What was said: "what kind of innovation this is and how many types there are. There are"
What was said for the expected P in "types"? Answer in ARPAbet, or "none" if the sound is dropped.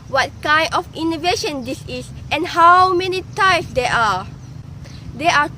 none